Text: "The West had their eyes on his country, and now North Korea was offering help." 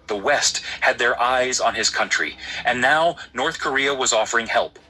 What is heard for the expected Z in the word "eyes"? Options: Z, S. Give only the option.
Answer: Z